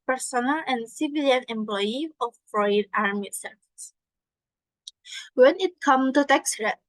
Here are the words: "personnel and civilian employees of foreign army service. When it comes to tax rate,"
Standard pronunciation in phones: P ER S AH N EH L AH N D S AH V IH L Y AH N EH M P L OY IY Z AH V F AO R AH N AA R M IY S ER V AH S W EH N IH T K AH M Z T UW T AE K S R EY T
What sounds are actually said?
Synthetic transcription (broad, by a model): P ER S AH N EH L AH N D S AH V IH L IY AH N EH M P L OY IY AH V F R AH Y AA R M IY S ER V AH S W EH N IH T K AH M T UW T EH K S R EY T